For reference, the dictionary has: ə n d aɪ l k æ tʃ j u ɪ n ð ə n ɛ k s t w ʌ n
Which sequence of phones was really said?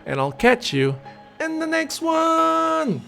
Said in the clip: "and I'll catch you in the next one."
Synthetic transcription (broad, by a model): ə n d aɪ l k æ tʃ j u ɪ n ð ə n ɛ k s t w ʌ n